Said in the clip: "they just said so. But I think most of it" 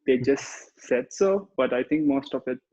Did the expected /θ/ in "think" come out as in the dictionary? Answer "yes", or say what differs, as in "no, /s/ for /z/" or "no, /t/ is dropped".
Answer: no, /t/ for /θ/